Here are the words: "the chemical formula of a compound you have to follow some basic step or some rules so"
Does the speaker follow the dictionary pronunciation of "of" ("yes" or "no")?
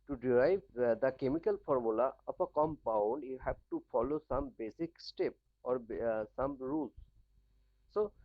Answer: no